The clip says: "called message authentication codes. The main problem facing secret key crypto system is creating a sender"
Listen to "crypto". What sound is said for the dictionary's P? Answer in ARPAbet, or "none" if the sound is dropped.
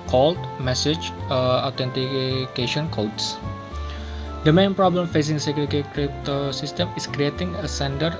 none